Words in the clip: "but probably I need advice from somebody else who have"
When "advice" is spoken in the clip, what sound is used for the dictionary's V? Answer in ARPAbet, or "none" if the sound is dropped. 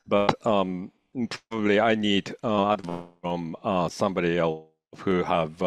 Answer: none